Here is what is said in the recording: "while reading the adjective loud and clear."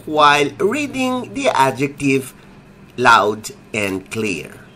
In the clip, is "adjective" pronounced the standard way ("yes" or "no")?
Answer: yes